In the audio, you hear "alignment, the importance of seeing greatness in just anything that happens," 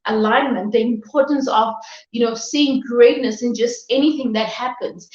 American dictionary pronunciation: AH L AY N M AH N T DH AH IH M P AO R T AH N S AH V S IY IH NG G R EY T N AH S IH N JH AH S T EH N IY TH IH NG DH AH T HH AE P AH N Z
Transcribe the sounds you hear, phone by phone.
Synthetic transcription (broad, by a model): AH L AY N M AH N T DH AH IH M P AO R T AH N S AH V S IY IH NG G R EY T N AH S IH N JH AH S T EH N IY TH IH NG DH AH T HH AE P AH N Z